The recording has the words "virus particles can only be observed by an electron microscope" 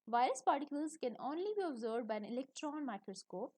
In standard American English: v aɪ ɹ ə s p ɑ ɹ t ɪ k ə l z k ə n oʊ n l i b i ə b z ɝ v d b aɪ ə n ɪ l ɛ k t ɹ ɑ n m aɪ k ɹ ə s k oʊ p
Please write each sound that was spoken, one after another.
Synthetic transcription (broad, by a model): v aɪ ɹ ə s p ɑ ɹ t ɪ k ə l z k ə n oʊ n l i b i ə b z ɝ d b aɪ ə n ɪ l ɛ k t ɹ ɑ n m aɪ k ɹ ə s k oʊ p